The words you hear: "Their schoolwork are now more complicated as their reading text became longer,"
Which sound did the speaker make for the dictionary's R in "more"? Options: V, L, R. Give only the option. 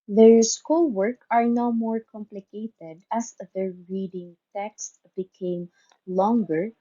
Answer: R